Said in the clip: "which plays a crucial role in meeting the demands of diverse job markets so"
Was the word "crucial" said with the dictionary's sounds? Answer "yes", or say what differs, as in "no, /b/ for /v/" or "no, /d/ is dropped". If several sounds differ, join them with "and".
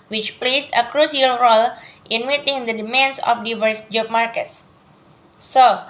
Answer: no, /s/ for /ʃ/